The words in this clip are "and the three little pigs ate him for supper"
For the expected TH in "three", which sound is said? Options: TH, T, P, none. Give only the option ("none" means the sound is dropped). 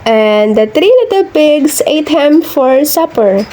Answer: T